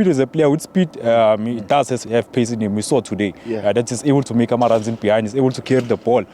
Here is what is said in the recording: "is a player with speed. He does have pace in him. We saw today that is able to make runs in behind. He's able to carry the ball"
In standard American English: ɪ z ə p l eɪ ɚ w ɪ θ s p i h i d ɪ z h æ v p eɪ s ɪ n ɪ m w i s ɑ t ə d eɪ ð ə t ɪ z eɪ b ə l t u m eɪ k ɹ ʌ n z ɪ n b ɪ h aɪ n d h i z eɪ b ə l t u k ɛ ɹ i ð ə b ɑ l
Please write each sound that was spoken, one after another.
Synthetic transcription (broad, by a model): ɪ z ə p l eɪ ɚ w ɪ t s p i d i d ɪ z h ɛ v p eɪ s ɪ n ɪ m w i s ɑ t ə d eɪ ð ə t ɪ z eɪ b ə l t u m eɪ k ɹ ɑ n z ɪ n b ɪ h aɪ n d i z eɪ b ə l t u k ɛ ɹ i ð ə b ɑ l